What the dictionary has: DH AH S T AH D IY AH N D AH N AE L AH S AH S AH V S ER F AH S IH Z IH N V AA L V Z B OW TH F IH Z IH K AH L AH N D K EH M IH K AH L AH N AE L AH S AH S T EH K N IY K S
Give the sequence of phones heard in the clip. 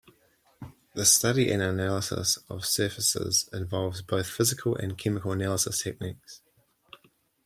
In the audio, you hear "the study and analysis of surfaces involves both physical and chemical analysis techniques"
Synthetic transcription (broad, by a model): DH AH S T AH D IY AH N AH N AE L AH S AH S AH V S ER F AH S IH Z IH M V AA L V Z B OW TH F IH Z IH K AH L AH N K EH M IH K AH L AH N AE L AH S AH S T EH K N IY K S